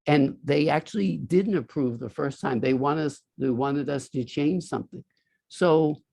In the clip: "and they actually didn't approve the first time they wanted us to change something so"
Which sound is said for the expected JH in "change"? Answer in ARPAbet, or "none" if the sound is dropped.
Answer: ZH